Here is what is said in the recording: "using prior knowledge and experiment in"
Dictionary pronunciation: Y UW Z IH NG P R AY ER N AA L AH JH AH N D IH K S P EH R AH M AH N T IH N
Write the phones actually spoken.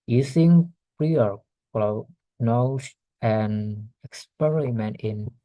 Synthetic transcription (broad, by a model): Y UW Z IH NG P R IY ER L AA N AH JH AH N IH K S P EH R AH M AH N T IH N